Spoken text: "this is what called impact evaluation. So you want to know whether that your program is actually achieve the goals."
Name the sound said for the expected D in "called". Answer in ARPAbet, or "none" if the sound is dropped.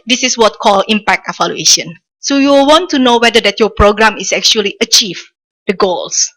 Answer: none